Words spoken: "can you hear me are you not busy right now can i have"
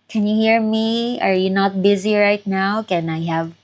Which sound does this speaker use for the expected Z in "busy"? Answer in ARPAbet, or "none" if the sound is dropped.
Z